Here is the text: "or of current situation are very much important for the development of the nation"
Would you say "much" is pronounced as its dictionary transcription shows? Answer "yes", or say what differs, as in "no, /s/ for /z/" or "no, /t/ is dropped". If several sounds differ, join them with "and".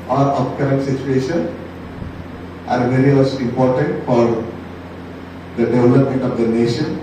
no, /s/ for /tʃ/